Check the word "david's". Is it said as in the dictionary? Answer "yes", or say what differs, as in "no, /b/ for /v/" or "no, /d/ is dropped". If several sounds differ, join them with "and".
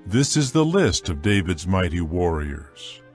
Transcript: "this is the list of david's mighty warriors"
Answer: yes